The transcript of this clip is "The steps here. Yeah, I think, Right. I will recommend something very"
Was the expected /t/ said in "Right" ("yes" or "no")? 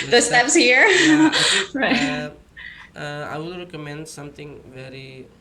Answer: no